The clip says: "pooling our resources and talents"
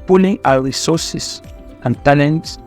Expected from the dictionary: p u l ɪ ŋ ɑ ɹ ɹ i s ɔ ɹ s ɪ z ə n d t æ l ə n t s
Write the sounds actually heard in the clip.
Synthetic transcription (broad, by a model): p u l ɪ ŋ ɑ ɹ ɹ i s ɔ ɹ s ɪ s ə n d t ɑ l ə n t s